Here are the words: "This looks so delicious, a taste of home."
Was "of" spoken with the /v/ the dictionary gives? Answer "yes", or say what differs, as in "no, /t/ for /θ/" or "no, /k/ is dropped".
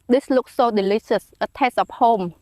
no, /p/ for /v/